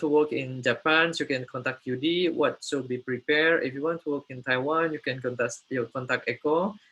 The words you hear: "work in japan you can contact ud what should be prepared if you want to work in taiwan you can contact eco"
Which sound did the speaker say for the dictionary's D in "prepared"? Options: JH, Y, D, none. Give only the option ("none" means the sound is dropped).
none